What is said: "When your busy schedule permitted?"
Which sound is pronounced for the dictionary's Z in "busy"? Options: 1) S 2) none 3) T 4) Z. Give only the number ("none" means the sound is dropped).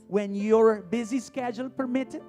4